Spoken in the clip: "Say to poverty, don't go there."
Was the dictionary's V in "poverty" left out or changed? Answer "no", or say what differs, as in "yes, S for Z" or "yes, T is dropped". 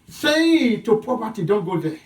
yes, P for V